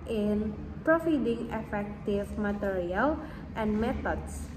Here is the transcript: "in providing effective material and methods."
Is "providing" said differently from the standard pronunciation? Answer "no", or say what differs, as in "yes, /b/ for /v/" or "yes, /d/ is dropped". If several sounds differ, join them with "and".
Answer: yes, /f/ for /v/